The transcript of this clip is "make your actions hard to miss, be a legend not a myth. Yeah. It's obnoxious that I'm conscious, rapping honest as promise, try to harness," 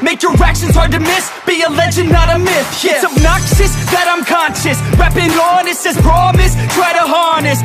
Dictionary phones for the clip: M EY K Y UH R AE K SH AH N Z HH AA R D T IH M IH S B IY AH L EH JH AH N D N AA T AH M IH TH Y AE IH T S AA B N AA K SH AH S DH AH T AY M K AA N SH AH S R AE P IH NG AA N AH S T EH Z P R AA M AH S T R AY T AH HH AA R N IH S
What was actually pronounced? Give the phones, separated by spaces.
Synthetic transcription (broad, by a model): M EY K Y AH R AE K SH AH N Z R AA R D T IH M IH S B IY AH L EH JH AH N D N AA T AH M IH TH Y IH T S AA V N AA K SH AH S DH AH T AY M K AA N SH AH S R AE P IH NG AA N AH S EH Z P R AA M AH S T R AY T AH HH AA R N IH S